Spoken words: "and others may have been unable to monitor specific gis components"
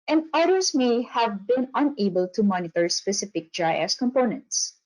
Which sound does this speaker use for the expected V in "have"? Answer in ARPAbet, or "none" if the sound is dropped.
V